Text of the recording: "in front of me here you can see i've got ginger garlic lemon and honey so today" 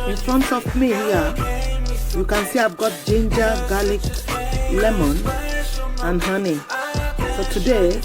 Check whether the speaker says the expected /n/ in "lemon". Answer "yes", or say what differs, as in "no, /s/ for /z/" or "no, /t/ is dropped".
yes